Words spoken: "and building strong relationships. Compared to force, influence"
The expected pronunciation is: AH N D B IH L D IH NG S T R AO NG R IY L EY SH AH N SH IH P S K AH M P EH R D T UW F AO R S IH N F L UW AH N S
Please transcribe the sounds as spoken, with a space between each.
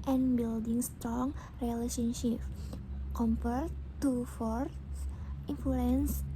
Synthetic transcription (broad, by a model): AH N B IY L D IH NG S T R AO NG R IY L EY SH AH N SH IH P K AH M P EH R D T UW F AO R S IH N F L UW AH N S